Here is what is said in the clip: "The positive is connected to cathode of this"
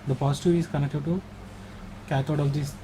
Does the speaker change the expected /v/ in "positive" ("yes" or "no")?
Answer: yes